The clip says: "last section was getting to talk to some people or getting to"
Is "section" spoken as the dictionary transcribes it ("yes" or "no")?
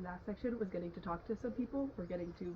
yes